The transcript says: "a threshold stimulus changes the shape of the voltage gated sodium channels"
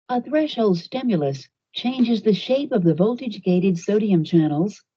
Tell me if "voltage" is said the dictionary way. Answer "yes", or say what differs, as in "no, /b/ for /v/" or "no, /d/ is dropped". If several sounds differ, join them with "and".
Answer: yes